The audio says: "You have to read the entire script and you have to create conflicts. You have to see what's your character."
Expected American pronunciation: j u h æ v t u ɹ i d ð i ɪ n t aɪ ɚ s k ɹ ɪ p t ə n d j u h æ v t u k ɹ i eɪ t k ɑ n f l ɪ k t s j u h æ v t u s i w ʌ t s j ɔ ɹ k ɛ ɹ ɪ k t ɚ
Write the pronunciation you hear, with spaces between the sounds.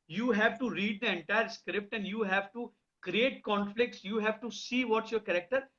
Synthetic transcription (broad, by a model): j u h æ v t u ɹ i d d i ɪ n t aɪ ɚ s k ɹ ɪ p t ə n d j u h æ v t u k ɹ i eɪ t k ɑ n f l ɪ k t s j u h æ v t u s i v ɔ t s j ɔ ɹ k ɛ ɹ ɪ k t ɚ